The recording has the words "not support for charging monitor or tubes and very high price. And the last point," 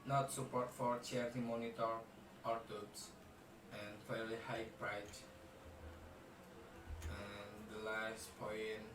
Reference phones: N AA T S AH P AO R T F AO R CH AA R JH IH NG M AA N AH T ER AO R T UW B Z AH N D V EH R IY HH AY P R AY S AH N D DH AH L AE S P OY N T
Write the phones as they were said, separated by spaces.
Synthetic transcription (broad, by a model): N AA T S AH P AO R T F AO R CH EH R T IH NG M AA N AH T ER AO R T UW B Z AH N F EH L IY HH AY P R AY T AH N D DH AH L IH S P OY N